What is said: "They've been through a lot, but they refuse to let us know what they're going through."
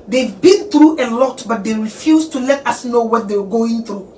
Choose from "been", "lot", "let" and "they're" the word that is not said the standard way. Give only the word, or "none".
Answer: they're